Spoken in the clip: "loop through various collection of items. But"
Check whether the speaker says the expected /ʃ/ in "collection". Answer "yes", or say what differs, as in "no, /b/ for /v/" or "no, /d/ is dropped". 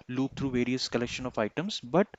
yes